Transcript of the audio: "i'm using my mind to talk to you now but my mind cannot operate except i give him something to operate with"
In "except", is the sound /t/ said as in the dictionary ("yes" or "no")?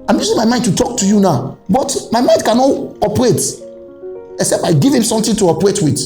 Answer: no